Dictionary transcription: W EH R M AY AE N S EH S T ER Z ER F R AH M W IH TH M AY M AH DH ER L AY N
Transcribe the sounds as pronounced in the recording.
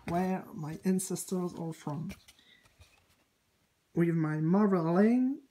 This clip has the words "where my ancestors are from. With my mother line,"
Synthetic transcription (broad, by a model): W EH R M AY AE N S EH S T ER Z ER F R AH M W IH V M AY M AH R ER L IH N